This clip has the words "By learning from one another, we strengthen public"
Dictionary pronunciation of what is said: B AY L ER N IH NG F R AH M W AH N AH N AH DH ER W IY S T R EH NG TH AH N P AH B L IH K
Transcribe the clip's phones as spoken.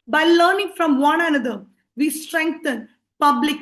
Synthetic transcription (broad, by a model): B AY L ER N IH NG F R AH M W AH N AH N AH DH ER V IY S T R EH NG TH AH N P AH B L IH K